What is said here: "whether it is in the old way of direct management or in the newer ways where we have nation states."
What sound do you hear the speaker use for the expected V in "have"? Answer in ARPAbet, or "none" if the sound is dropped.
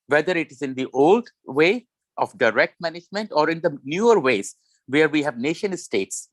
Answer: V